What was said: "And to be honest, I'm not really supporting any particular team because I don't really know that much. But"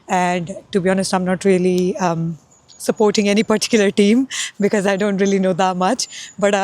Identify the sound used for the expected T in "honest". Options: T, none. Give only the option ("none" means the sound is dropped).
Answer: T